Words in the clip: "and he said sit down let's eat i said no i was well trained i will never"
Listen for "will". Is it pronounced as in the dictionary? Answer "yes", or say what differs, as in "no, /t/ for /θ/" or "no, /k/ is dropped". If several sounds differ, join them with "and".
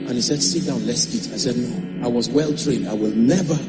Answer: yes